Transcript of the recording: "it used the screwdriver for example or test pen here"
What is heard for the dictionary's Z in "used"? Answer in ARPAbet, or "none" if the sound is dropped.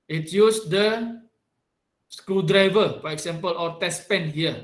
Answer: S